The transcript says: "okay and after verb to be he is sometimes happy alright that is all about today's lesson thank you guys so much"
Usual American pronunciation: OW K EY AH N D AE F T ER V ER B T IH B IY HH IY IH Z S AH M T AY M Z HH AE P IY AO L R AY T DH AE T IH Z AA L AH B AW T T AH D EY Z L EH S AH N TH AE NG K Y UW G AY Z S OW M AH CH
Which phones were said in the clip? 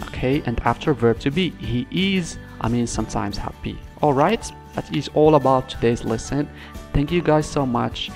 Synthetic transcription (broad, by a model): OW K EY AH N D AE F T ER V ER B T IH B IY HH IY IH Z S AH M T AY M Z HH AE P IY AO L R AY T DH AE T IH Z AA L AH B AW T T AH D EY Z L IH S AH N TH AE NG K Y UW G AY Z S OW M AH CH